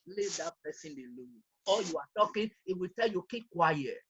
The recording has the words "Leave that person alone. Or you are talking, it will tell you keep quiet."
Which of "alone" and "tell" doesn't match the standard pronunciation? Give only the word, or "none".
alone